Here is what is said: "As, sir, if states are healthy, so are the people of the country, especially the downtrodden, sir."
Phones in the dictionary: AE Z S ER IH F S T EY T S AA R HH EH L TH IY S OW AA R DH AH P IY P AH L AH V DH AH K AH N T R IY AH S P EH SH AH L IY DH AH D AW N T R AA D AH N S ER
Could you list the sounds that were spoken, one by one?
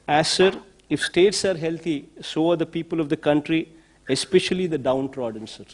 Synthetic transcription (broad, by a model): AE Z S ER IH F S T EY T S AA R HH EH L T IY S OW AA R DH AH P IY P AH L AH V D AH K AH N T R IY AH S P EH SH AH L IY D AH D AW N T R AA D AH N S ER